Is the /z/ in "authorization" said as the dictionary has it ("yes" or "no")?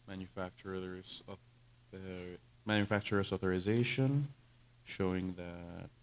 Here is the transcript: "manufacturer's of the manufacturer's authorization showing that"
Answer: yes